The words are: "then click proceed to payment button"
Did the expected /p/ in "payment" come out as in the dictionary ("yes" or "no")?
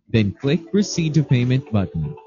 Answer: yes